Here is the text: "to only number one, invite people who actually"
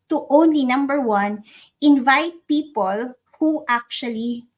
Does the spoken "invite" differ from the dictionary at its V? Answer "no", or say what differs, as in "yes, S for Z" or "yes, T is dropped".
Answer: no